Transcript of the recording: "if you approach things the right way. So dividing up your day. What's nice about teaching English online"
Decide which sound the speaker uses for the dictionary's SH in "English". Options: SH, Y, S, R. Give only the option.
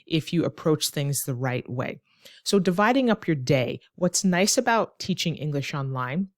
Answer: SH